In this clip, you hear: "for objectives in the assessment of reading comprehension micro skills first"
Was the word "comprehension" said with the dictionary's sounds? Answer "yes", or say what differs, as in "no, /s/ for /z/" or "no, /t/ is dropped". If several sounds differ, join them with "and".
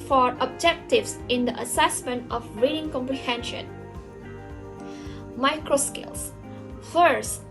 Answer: yes